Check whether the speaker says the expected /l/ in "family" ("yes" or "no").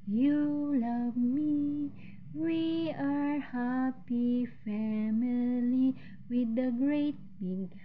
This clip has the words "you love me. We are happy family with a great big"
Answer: yes